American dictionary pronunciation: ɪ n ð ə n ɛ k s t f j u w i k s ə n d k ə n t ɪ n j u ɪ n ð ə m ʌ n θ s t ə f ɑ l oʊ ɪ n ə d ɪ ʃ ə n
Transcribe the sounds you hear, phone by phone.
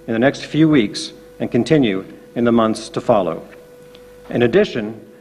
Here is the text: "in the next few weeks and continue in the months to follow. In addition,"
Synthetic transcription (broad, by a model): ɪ n ð ə n ɛ k s t f j u w i k s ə n k ə n t ɪ n j u ɪ n ð ə m ʌ n θ s t ə f ɑ l oʊ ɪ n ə d ɪ ʃ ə n